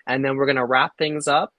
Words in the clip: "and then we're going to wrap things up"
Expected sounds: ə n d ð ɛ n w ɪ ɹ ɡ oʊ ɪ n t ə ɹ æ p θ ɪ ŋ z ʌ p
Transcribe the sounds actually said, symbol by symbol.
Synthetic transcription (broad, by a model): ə n ð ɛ n w ɪ ɹ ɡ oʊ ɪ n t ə ɹ æ p θ ɪ ŋ z ʌ p